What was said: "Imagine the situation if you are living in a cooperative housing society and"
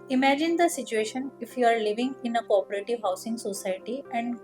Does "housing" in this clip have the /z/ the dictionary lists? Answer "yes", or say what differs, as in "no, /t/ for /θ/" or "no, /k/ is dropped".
no, /s/ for /z/